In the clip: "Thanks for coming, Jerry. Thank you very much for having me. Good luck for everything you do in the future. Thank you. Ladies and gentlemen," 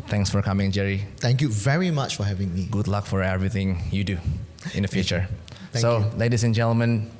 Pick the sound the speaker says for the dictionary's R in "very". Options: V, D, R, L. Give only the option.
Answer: R